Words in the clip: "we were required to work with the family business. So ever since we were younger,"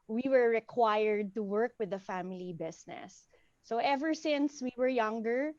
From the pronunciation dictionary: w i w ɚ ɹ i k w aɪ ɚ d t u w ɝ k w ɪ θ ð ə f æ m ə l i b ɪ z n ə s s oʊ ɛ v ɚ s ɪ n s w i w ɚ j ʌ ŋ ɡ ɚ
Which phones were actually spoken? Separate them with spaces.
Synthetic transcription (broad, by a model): w i w ɚ ɹ i k w aɪ ɚ d t u w ɝ k w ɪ ð ə f æ m ə l i b ɪ s n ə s s oʊ ɛ v ɚ s ɪ n s w i w ɚ j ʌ ŋ ɡ ɚ